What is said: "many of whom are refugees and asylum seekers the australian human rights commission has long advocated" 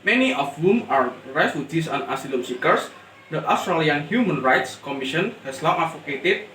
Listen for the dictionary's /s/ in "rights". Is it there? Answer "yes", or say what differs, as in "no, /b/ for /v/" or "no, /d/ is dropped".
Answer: yes